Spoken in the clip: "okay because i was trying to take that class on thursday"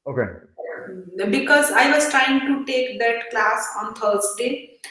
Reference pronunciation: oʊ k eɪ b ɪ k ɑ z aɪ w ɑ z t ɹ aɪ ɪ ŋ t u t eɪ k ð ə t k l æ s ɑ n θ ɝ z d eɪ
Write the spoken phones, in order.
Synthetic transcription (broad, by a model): oʊ k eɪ b ɪ k ɑ z aɪ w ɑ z t ɹ aɪ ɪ ŋ t u t eɪ k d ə t k l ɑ s ɑ n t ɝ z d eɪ